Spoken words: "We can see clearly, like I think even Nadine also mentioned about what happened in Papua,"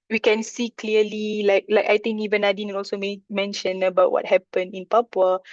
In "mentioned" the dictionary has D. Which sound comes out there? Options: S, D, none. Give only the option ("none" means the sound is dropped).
none